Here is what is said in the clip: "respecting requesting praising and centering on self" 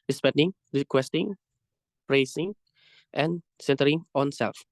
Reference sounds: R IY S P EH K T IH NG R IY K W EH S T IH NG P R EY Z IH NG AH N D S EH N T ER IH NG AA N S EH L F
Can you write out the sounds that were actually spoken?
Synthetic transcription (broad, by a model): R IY S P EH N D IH NG R IY K W EH S T IH NG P R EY S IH NG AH N S EH N T ER IH NG AA N S EH L F